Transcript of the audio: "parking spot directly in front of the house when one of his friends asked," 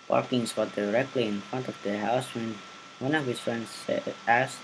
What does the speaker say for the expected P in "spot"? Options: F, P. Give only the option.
F